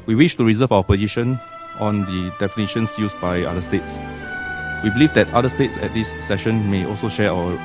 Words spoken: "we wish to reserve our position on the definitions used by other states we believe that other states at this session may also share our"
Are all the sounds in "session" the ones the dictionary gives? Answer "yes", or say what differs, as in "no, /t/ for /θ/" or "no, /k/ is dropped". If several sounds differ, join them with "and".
yes